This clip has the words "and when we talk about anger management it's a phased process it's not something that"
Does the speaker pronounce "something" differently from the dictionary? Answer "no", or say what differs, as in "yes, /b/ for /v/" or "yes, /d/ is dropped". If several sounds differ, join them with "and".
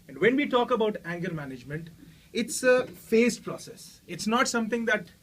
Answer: yes, /t/ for /θ/